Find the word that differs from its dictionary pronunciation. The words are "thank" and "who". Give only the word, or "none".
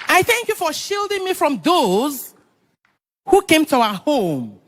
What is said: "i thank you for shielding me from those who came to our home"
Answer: none